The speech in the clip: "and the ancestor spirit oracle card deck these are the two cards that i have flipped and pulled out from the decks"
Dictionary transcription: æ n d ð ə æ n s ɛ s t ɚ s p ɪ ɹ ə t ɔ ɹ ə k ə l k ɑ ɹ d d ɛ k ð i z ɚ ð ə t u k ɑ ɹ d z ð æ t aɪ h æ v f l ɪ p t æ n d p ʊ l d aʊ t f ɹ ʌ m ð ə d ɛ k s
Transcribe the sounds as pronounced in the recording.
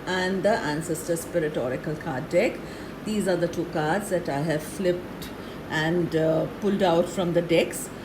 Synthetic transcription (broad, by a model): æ n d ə æ n s ɛ s t ɚ s p ɪ ɹ ə t ɔ ɹ ə k ə l k ɑ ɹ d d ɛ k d i z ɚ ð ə t u k ɑ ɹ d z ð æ t aɪ h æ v f l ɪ p t æ n d p ʊ l d aʊ t f ɹ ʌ m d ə d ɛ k s